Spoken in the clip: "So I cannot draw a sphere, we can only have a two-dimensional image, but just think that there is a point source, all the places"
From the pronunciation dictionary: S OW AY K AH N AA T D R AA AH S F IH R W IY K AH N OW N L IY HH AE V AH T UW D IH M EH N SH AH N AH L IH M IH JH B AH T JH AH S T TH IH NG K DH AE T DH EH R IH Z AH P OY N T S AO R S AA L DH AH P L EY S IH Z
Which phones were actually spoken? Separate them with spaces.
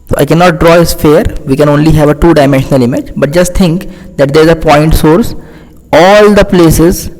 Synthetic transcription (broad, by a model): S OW AY K AH N AA T D R AA AH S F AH R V IY K AH N OW N L IY HH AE V AH T UW D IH M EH N SH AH N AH L IH M IH JH B AH T JH AH S T T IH NG K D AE T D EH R IH Z AH P OY N T S AO R S AA L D AH P L EY S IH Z